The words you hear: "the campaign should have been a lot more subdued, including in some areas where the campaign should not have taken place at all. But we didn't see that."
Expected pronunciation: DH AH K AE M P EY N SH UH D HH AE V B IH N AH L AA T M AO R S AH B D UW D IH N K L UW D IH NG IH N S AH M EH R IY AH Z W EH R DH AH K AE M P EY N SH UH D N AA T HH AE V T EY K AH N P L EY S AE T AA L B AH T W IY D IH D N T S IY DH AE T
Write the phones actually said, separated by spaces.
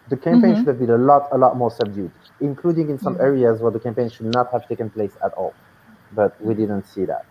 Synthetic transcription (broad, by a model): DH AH K AE M P EY N SH UH D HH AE V B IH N AH L AA T M AO R S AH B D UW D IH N K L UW D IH NG IH N S AH M EH R IY AH Z W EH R DH AH K AE M P EY N SH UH D N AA T HH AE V T EY K AH N P L EY S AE T AA L B AH T W IY D IH D N T S IY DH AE T